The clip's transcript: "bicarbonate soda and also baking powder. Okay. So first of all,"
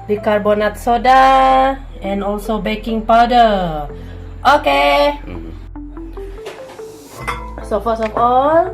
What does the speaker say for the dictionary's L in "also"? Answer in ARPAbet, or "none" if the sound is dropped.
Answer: L